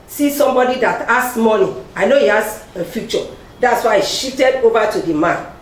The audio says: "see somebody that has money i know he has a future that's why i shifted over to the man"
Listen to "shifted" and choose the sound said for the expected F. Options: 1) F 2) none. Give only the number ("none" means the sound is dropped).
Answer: 2